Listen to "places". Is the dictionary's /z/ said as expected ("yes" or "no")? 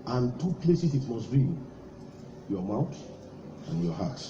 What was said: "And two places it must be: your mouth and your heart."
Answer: no